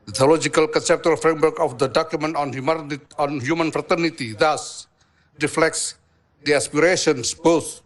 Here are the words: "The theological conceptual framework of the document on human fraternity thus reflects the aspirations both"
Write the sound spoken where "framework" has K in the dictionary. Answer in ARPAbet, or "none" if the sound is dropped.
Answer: K